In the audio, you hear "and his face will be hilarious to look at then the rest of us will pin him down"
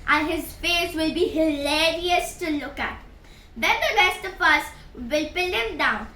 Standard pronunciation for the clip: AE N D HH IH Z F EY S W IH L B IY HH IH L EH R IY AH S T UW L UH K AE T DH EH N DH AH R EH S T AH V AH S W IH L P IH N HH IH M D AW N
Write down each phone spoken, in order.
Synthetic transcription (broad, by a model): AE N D HH IH Z F EY S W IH L B IY HH IH L EH R IY AH S T UW L UH K AE T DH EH N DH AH R EH S T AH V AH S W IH L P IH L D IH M D AW N